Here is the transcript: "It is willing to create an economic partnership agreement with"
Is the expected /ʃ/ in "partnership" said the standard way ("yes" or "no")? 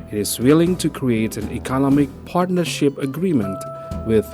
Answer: yes